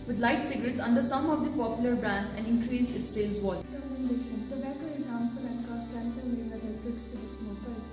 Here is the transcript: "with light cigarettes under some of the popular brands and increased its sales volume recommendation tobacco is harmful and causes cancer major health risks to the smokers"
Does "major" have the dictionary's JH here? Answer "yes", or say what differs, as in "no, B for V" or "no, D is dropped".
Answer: no, Z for JH